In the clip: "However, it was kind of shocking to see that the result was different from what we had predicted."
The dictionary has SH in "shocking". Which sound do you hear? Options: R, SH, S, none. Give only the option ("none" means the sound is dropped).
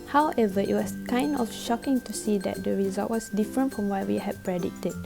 SH